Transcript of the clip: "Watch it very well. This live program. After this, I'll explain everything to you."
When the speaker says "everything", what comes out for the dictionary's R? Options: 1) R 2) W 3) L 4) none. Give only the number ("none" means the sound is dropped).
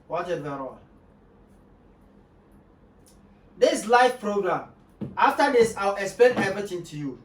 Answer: 4